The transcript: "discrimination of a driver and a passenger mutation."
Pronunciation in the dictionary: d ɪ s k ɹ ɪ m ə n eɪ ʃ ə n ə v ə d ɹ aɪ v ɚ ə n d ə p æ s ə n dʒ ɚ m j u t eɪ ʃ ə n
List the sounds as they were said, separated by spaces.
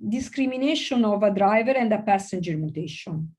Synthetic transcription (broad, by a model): d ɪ s k ɹ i m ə n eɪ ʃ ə n ə v ə d ɹ aɪ v ɚ ə n d ə p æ s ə n dʒ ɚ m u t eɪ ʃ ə n